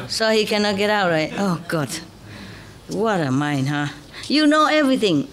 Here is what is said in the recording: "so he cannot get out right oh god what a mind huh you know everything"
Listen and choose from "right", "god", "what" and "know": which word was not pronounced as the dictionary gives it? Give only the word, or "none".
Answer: none